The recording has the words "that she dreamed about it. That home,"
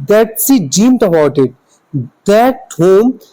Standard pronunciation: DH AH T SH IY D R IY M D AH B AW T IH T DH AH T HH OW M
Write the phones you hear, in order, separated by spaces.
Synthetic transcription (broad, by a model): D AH T S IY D IY M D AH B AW T IH T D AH T HH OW M